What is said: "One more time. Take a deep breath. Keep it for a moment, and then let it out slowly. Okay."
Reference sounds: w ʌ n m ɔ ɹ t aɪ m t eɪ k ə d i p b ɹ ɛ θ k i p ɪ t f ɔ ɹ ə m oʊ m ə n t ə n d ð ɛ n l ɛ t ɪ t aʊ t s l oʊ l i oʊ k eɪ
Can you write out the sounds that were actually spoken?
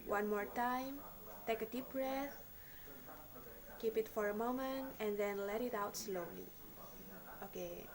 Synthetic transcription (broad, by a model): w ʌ n m ɔ ɹ t aɪ m t eɪ k ə d i p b ɹ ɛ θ k i p ɪ t f ɔ ɹ ə m oʊ m ə n t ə n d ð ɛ n l ɛ t ɪ t aʊ t s l oʊ l i oʊ k eɪ